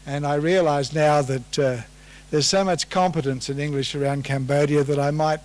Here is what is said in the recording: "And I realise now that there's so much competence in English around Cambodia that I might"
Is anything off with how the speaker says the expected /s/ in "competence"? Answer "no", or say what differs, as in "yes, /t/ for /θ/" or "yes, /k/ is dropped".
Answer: no